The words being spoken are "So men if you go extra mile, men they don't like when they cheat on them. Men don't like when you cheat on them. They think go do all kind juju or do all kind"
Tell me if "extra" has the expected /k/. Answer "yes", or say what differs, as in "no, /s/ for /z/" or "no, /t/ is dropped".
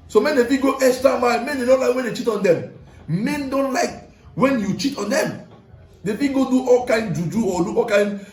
no, /k/ is dropped